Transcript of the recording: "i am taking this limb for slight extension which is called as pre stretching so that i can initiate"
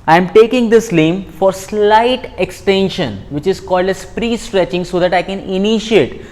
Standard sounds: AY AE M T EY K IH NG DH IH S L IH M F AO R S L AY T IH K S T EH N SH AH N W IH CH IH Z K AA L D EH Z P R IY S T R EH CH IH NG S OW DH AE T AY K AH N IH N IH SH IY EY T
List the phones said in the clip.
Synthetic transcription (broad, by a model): AY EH M T EY K IH NG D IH S L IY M F AO R S L AY T IH K S T EH N SH AH N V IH CH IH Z K AA L D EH S P R IY S T R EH CH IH NG S OW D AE T AY K AH N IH N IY SH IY EY T